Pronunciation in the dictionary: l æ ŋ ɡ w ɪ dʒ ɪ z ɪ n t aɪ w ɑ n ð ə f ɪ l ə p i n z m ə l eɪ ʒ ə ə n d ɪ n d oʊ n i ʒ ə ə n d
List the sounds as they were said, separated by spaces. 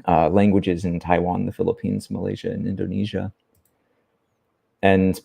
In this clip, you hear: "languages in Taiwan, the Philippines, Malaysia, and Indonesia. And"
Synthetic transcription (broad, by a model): l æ ŋ ɡ w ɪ dʒ ɪ z ɪ n t aɪ w ɑ n ð ə f ɪ l ə p i n z m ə l eɪ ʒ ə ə n ɪ n d oʊ n i ʒ ə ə n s